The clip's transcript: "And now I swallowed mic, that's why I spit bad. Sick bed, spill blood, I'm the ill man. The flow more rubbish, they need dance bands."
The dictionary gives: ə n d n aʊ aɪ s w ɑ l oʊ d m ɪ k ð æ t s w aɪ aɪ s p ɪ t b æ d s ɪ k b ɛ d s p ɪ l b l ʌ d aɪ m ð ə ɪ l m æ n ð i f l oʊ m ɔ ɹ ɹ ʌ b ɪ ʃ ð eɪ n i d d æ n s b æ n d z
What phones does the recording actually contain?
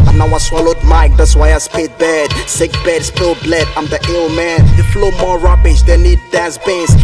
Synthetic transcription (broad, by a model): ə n n aʊ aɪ s w ɑ l oʊ d m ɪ k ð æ t s w aɪ aɪ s p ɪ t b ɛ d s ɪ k b ɛ d s p ɪ l b l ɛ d aɪ m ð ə ɪ l m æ n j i f l oʊ m ɔ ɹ ɹ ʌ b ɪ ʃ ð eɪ n i d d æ s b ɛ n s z